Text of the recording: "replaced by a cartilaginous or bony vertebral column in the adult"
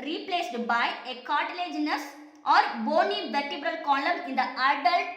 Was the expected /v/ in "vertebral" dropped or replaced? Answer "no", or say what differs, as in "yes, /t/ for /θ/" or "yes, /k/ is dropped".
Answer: no